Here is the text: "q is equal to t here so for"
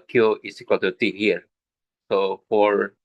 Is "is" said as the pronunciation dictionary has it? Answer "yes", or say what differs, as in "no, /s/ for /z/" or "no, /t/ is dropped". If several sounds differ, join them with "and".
no, /s/ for /z/